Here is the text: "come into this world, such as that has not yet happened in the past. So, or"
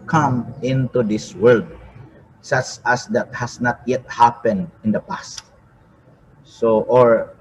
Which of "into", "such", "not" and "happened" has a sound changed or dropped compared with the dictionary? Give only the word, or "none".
none